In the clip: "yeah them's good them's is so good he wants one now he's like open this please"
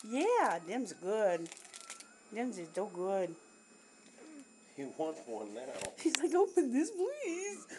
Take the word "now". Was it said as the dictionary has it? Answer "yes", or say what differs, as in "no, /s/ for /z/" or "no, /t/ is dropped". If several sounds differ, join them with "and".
no, /l/ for /n/